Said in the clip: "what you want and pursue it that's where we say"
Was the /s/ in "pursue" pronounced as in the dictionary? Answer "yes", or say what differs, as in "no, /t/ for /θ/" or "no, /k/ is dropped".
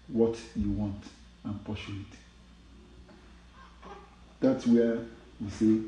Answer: no, /ʃ/ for /s/